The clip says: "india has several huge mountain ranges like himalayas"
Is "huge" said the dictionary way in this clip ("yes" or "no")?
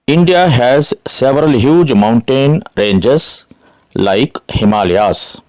yes